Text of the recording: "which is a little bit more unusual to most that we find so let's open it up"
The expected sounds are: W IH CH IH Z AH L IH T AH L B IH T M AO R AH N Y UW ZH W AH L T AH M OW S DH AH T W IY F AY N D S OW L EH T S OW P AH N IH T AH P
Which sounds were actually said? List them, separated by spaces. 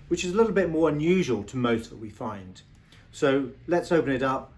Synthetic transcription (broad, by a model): W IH CH IH Z AH L IH T L B IH T M AO R AH N Y UW ZH W AH L T AH M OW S DH AH T W IY F AY N D S OW L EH T S OW P AH N IH T AH P